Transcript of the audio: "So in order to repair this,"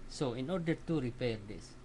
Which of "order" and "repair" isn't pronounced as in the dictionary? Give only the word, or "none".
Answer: none